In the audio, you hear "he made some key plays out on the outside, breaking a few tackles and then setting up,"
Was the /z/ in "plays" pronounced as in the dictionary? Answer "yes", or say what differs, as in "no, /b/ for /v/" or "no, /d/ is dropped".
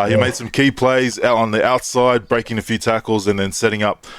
yes